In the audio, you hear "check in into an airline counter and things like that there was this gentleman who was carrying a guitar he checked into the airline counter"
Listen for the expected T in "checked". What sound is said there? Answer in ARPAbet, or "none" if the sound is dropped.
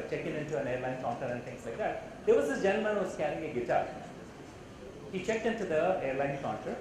T